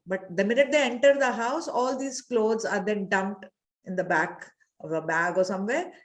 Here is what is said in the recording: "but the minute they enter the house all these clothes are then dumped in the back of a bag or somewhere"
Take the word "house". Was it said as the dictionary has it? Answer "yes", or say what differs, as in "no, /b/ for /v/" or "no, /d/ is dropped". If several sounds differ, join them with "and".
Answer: yes